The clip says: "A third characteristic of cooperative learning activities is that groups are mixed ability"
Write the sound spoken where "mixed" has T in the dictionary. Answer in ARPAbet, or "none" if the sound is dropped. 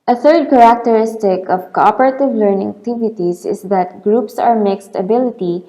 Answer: T